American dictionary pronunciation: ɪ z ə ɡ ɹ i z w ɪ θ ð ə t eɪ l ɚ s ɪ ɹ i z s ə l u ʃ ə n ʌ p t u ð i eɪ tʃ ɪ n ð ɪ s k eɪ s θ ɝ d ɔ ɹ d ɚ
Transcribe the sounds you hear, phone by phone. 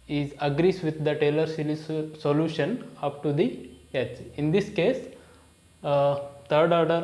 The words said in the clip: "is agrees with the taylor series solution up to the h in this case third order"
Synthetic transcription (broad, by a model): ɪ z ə ɡ ɹ i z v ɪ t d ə t eɪ l ɚ s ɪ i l s ə l u ʃ ə n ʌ p t u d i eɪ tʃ ɪ n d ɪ s k eɪ s t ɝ d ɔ ɹ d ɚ